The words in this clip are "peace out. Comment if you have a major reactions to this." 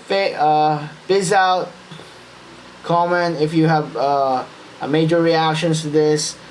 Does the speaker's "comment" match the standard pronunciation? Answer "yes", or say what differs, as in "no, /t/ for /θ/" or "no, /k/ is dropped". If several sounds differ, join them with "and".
no, /t/ is dropped